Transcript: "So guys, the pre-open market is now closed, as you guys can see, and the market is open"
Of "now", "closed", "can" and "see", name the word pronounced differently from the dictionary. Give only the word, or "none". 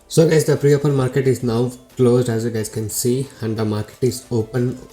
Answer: none